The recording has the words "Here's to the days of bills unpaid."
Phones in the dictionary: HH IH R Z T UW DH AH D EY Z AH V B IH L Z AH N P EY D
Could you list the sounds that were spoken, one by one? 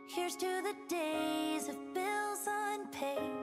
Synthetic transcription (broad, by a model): HH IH R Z T UW DH AH D EY Z AH V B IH L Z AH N P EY